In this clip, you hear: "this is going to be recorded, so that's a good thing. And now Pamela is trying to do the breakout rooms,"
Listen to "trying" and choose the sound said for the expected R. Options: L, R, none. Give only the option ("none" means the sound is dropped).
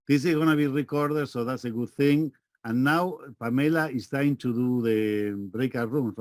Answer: none